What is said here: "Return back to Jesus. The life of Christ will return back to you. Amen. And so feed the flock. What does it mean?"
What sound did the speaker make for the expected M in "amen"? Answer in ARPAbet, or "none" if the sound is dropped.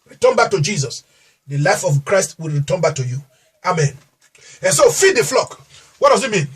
M